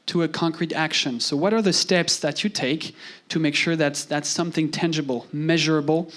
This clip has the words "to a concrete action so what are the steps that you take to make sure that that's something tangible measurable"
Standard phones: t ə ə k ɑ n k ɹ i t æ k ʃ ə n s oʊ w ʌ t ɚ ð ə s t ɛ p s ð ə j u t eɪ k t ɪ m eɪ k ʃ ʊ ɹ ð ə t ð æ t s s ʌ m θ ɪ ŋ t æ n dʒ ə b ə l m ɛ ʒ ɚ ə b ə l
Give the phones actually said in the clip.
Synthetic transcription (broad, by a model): t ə ə k ɑ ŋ k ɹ i t æ k ʃ ə n s oʊ w ʌ t ɚ ð ə s t ɛ p s ð ə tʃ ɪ t eɪ k t ɪ m eɪ k ʃ ʊ ɹ ð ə t ð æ t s s ʌ m θ ɪ ŋ t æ n dʒ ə b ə l m ɛ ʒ ɚ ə b l